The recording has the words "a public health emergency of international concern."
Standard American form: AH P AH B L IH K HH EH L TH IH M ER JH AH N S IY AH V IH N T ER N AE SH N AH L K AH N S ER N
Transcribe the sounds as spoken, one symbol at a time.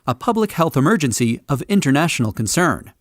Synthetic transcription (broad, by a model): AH P AH B L IH K HH EH L TH IH M ER JH AH N S IY AH V IH N T ER N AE SH N L K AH N S ER N